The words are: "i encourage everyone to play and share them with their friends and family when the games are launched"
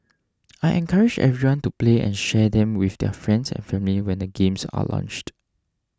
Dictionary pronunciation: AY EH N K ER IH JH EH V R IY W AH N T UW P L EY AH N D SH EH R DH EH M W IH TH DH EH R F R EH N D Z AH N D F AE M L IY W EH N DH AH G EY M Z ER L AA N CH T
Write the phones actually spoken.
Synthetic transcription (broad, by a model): AY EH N K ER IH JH EH V R IY W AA N T UW P L EY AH N SH EH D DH EH M W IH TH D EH F R EH N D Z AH N F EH M L IY W EH N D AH G EY M S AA L AA N CH T